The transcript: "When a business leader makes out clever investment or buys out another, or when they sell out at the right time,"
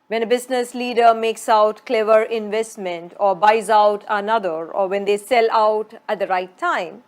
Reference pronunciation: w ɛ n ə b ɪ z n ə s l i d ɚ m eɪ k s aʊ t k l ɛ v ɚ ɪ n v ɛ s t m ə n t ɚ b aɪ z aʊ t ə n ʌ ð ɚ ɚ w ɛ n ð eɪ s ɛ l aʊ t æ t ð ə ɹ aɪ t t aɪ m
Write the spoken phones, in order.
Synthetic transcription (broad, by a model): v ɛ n ə b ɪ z n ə s l i d ɚ m eɪ k s aʊ t k l ɛ v ɚ ɪ n v ɛ s t m ə n t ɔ b aɪ z aʊ t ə n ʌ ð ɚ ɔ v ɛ n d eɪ s ɛ l aʊ t æ t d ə ɹ aɪ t t aɪ m